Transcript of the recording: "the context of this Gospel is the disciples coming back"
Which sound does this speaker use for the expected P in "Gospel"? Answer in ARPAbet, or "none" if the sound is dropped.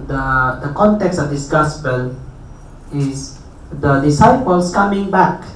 B